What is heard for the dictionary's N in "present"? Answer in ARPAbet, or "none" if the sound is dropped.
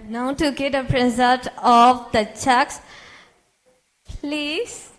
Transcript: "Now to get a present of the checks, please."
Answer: L